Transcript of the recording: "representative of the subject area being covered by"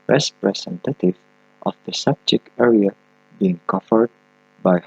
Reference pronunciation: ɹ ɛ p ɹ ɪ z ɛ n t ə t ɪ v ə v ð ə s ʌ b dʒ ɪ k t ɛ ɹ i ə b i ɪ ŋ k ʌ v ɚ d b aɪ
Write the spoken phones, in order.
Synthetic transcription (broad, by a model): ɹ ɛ p ɹ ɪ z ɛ n t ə t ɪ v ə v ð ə s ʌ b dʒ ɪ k ɛ ɹ i ə b i ɪ ŋ k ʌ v ɚ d b aɪ